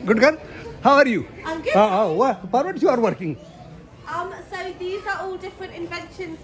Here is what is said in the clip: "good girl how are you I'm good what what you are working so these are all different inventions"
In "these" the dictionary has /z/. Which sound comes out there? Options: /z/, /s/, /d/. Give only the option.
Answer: /z/